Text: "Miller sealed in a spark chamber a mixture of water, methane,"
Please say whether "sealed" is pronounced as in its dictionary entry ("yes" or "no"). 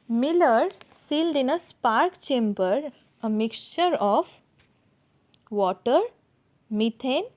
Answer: yes